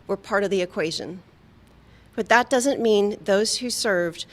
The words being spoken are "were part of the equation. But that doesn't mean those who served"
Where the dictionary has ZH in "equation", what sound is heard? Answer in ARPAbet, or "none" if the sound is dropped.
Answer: ZH